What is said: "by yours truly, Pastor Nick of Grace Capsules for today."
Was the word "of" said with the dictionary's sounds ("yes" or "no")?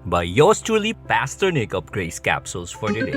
no